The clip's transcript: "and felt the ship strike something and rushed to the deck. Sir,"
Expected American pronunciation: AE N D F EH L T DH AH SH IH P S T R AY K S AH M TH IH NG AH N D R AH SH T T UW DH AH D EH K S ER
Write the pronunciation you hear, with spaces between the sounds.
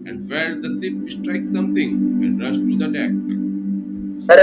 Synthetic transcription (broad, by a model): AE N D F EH T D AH S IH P S T R AY K S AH M T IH NG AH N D R AH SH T T UW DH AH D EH K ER